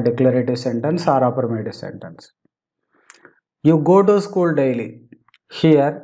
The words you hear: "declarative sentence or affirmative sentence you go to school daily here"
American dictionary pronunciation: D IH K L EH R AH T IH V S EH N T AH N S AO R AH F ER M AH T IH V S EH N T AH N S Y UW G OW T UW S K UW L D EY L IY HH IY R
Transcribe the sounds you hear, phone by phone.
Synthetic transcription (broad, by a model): D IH K L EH R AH T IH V S EH N T AH N S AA R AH P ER M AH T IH S EH N T AH N S Y UW G OW T UW S K UW L D EY L IY HH IY R